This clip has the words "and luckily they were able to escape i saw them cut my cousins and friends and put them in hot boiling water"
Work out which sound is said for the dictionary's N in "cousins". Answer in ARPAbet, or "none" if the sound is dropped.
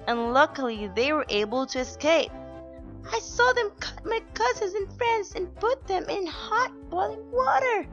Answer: none